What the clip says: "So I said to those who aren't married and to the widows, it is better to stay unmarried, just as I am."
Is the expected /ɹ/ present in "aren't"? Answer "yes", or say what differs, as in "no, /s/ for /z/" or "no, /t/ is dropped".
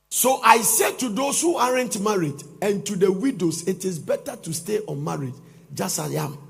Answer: yes